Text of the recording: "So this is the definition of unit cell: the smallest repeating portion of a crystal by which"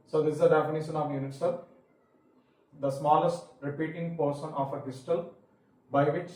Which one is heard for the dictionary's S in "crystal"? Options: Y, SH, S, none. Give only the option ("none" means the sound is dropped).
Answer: none